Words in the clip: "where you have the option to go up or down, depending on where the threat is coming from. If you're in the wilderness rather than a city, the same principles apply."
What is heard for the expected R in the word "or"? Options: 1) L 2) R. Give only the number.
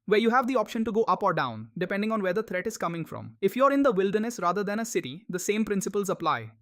2